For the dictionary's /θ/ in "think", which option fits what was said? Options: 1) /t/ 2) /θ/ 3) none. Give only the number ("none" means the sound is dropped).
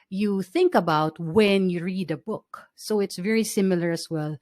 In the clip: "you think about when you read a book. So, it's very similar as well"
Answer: 2